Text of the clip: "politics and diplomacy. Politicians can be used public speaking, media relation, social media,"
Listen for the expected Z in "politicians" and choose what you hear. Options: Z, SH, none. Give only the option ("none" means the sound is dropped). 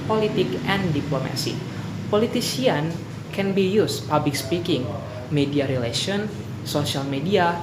none